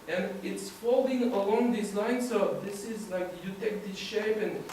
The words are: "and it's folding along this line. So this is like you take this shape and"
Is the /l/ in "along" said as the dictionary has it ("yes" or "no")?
yes